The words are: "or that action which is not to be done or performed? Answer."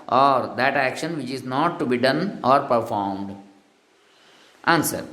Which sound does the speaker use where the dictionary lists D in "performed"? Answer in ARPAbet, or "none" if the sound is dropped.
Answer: D